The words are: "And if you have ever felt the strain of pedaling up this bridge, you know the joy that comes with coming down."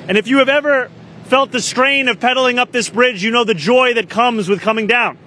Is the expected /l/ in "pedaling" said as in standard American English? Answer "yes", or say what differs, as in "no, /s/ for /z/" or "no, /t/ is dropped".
yes